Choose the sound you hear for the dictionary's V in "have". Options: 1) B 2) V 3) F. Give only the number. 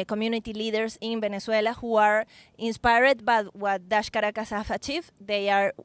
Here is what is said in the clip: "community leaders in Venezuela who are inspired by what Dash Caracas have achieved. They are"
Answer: 3